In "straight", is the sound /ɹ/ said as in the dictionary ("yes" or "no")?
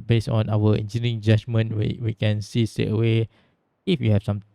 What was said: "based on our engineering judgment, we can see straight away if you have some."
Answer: no